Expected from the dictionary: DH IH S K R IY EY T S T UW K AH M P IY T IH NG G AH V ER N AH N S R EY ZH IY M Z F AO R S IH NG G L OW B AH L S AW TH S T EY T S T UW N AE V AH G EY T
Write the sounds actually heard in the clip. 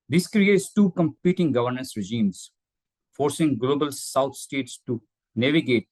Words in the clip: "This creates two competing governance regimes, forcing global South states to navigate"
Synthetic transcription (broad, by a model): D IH S K R IY EY T S T UW K AH M P IY T IH NG G AH V ER N AH N S R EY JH IY M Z F AO R S IH NG G L OW B AH L S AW T S T EY T S T UW N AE V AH G EY T